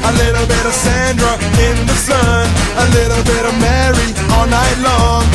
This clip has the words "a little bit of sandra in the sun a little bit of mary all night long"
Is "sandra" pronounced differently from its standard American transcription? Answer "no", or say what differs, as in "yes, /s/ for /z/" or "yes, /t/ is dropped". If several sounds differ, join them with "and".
no